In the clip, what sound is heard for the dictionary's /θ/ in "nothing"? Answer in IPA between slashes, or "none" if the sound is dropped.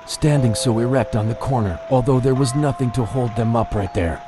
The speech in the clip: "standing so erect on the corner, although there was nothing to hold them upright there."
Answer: /θ/